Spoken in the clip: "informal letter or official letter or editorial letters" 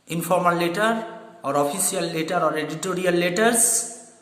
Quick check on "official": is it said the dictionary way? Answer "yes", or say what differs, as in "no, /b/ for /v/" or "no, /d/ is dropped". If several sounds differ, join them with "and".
no, /s/ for /ʃ/